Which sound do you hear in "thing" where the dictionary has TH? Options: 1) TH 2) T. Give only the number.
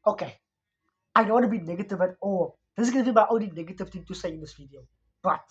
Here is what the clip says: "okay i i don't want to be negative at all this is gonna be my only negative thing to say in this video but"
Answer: 2